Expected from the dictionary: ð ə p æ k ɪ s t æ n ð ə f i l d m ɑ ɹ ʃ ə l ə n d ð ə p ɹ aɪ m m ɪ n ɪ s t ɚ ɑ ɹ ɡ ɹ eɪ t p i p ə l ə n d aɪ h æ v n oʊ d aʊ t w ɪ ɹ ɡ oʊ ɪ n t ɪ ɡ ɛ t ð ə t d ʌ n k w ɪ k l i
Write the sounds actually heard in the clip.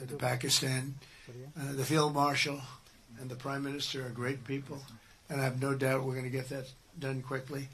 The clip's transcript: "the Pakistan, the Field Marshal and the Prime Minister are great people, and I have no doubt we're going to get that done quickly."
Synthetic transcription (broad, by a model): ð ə p æ k ɪ s t æ n ð ə f i l d m ɑ ɹ ʃ l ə n ð ə p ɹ aɪ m m ɪ n ɪ s t ɚ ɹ ɡ ɹ eɪ t p i p l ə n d aɪ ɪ v n oʊ d aʊ t w ɪ ɹ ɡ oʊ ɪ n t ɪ ɡ ɛ t ð ə t d ʌ n k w ɪ k l i